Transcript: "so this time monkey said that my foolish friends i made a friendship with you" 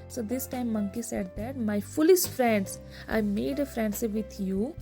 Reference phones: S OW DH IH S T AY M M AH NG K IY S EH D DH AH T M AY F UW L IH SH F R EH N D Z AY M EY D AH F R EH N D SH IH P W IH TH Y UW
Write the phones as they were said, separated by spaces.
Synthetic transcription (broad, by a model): S OW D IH S T AY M M AH NG K IY S EH D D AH T M AY F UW L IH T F R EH N D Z AY M EY D AH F R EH N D S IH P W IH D Y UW